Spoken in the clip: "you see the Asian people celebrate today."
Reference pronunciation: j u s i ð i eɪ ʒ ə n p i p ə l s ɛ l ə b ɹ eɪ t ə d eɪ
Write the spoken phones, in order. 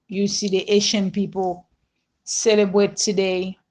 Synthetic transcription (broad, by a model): j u s i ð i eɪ ʃ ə n p i p ə l s ɛ l ə b ɹ eɪ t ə d eɪ